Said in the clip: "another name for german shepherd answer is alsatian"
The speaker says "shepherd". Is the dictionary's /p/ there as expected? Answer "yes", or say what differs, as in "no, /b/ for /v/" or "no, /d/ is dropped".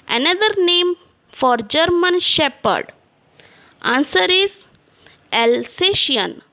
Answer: yes